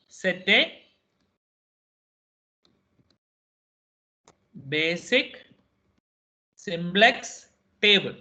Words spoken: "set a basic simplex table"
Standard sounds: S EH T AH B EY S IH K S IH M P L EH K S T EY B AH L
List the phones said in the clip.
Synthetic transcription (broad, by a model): S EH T AH B EY S IH K S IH M B L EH K S T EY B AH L